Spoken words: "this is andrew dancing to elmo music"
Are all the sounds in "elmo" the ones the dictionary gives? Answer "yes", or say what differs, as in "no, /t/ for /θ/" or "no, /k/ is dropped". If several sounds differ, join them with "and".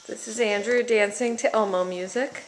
yes